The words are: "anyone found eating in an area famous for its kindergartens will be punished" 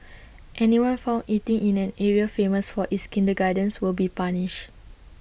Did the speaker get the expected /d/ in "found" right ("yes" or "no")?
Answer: no